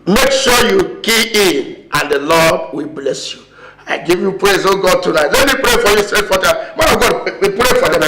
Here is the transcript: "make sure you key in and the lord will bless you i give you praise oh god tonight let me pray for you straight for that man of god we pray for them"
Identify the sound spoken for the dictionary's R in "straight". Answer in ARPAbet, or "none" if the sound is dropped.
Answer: none